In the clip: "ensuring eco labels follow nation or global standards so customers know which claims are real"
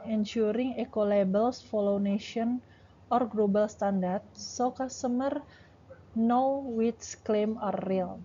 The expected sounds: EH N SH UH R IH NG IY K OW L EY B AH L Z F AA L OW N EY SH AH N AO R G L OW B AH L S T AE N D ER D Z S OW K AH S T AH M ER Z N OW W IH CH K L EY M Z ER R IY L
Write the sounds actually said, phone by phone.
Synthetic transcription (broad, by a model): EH N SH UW R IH NG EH K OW L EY B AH L S F AA L OW N EY SH AH N AO R G L OW B AH L S T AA N D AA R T S OW K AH S T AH M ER N OW W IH S K L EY M ER R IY L